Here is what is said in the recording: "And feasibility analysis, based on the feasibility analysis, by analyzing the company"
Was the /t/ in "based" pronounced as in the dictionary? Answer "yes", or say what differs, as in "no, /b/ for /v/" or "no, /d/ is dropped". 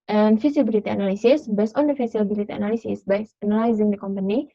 no, /t/ is dropped